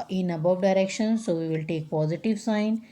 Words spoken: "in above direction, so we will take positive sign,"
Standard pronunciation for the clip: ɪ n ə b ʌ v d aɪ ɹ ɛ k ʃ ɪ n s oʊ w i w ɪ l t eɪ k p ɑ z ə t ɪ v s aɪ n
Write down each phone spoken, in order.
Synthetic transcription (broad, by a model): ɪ n ə b ʌ v d aɪ ɹ ɛ k ʃ ɪ n s oʊ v i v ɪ l t eɪ k p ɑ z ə t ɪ v s aɪ n